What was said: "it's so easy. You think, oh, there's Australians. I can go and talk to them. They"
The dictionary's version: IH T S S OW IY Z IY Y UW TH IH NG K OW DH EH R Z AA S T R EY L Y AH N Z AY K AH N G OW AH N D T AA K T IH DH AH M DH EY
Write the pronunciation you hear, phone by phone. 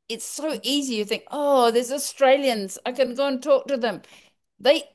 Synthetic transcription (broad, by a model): IH T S S OW IY Z IY Y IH TH IH NG K OW DH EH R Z AA S T R EY L Y AH N Z AY K AH N G OW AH N T AA K T IH DH AH M DH EY